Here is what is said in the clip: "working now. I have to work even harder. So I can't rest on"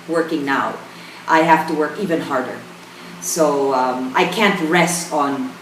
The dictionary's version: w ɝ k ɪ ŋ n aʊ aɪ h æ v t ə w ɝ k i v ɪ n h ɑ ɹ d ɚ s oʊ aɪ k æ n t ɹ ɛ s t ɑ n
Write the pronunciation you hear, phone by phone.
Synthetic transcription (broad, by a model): w ɝ k ɪ ŋ n aʊ aɪ h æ f t ə w ɝ k i v ɪ n h ɑ ɹ d ɚ s oʊ aɪ k æ n t ɹ ɛ s t n